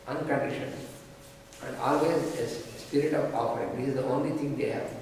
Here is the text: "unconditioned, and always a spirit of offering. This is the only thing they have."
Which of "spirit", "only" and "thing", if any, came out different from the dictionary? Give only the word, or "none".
thing